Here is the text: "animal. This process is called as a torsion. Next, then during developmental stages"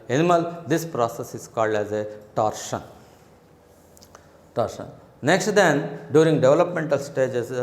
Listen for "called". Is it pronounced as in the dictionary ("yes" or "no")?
yes